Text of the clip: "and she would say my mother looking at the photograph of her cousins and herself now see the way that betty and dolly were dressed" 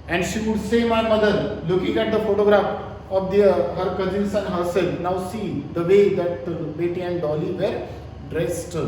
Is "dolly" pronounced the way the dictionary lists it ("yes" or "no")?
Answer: yes